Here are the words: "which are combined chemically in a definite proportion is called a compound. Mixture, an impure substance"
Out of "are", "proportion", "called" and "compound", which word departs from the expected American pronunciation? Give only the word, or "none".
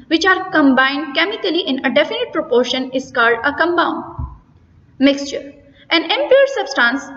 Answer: compound